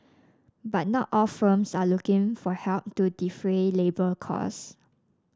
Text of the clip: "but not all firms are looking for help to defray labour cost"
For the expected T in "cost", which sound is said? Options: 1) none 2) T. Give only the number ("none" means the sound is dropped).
1